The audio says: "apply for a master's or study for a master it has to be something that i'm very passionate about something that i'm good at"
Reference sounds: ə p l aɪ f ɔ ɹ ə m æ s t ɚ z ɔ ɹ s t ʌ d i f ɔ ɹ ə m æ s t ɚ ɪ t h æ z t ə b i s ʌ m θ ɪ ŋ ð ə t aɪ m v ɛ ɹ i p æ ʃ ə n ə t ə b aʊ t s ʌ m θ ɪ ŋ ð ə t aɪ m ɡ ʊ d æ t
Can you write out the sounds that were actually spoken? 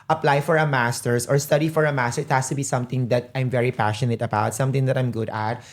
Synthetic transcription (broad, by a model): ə p l aɪ f ɔ ɹ ə m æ s t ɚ s ɔ ɹ s t ʌ d i f ɔ ɹ ə m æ s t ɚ ɪ t h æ s t ə b i s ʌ m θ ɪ ŋ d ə t aɪ m v ɛ ɹ i p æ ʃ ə n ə t ə b aʊ t s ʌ m t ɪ ŋ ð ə t aɪ m ɡ ʊ d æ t